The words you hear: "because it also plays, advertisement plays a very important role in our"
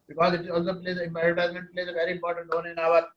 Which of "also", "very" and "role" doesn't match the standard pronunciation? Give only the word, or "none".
role